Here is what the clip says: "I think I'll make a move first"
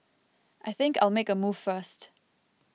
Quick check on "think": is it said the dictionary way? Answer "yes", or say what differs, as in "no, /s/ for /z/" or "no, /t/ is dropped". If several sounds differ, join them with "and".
yes